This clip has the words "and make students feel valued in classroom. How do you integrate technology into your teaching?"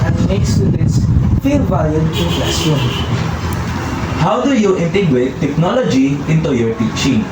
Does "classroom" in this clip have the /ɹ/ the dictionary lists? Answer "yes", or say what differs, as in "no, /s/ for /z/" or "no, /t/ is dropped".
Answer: no, /ɹ/ is dropped